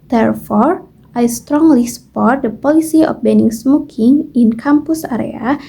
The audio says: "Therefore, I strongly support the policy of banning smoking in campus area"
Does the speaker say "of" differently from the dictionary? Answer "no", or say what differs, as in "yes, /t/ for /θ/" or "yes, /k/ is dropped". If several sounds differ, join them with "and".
yes, /p/ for /v/